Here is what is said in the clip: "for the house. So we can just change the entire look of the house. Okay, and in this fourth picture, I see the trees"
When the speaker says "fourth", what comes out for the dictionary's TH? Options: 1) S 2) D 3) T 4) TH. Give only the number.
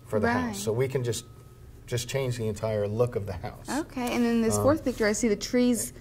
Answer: 4